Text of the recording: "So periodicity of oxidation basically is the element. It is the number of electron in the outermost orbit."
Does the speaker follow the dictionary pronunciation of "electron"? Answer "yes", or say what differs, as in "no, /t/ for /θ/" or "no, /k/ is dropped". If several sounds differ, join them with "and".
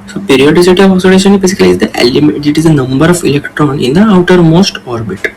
yes